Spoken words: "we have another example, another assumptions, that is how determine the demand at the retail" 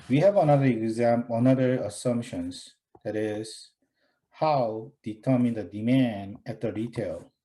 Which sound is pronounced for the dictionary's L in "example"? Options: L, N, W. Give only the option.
N